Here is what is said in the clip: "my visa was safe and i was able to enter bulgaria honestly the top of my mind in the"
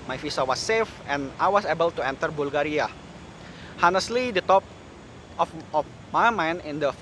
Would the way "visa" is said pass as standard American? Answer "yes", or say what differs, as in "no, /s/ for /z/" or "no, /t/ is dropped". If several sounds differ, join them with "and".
no, /f/ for /v/ and /s/ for /z/